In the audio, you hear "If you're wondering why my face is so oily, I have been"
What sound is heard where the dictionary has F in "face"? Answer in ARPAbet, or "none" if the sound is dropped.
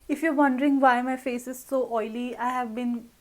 F